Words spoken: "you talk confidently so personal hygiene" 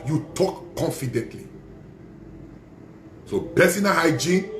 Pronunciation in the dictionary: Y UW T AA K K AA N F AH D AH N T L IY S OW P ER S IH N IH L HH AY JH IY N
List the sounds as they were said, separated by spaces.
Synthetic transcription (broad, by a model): Y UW T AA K K AA N F AH D AH N T L IY S OW B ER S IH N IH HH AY JH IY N